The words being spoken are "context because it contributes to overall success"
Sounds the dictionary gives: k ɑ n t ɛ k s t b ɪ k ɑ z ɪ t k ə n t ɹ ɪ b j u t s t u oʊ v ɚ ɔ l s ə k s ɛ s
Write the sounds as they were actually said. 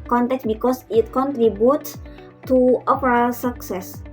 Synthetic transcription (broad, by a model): k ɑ n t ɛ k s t b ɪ k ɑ s ɪ t k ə n t ɹ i b j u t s t u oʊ p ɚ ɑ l s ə k s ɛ s